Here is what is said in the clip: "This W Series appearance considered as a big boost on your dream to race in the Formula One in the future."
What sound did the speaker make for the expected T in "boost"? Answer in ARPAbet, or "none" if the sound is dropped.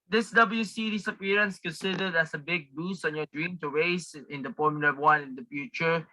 none